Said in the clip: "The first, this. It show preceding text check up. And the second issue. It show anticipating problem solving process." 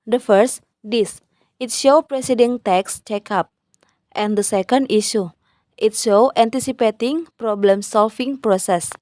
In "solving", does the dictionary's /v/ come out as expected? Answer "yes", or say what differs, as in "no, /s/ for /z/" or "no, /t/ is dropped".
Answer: no, /f/ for /v/